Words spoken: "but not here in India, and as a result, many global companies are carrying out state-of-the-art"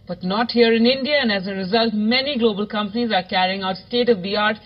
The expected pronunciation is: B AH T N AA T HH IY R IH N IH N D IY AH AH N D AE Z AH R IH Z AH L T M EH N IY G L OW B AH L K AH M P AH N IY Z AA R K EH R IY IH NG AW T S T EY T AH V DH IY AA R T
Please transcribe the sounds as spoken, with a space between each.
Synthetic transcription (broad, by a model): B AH T N AA T HH IY R IH N IH N D IY AH AH N D AE Z AH R IH Z AH L T M EH N IY G L OW B AH L K AH M P AH N IY Z AA R K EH R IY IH NG AW T S T EY T AH V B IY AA R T